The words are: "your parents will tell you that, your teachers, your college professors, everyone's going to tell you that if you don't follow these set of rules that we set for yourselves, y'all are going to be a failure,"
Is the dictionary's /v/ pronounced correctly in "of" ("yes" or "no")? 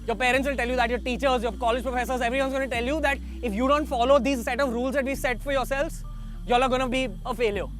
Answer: yes